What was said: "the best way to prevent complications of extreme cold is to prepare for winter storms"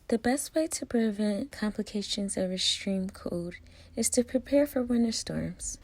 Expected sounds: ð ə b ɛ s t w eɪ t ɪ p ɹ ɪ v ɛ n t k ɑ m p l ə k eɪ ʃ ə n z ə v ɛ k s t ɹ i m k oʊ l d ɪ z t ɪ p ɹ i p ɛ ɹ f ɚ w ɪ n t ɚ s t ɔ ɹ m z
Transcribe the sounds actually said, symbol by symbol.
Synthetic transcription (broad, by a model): ð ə b ɛ s t w eɪ t ɪ p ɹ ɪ v ɛ n k ɑ m p l ə k eɪ ʃ ə n z ə v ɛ s t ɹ i m k oʊ d ɪ z t ɪ p ɹ i p ɛ ɹ f ɚ w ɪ n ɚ s t ɔ ɹ m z